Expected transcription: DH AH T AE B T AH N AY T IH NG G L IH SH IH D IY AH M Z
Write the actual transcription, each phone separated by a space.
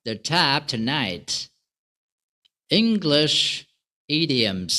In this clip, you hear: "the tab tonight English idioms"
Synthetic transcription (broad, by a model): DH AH T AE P T AH N AY T IH NG G L IH SH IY D IY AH M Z